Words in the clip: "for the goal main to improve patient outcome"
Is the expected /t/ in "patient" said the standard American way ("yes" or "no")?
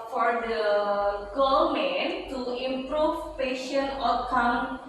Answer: no